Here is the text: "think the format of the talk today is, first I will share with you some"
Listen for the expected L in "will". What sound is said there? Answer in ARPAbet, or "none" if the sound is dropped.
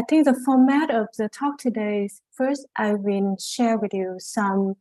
N